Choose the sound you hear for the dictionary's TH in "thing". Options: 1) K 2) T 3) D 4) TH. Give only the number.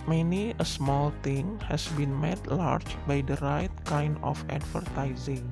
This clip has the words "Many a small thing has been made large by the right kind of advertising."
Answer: 2